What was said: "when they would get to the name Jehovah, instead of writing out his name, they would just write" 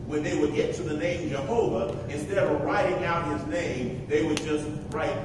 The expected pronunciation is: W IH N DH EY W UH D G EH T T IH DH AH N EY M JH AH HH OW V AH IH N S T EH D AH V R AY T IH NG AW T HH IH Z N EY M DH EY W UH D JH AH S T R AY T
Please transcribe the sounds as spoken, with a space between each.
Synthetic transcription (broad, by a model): W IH N DH EY W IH D G EH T T IH DH AH N EY M JH AH HH OW V AH IH N S T EH D AH V R AY T IH NG AW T HH IH Z N EY M DH EY W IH D JH AH S T R AY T